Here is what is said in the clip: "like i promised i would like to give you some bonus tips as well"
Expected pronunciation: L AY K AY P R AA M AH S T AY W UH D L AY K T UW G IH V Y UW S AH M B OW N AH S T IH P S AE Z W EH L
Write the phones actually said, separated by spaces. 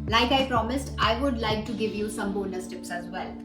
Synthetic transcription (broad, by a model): L AY K AY P R AA M AH S T AY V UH D L AY K T UW G IH V Y UW S AH M B OW N AH S T IH P S AE Z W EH L